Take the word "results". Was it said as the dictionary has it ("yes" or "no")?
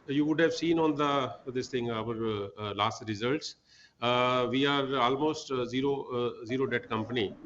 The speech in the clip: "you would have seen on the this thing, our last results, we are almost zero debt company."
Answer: yes